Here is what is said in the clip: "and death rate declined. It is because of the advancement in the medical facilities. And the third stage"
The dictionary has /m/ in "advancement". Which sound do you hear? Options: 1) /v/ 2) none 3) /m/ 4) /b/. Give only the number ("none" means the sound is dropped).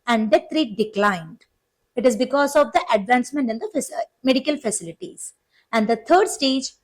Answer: 3